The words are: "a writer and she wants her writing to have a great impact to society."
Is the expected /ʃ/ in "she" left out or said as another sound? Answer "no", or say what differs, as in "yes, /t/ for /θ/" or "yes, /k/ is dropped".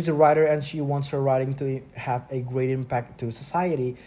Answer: no